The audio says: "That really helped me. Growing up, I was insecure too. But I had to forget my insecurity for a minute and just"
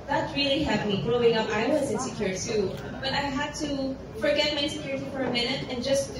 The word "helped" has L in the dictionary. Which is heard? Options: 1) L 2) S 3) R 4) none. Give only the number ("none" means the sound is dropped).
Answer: 4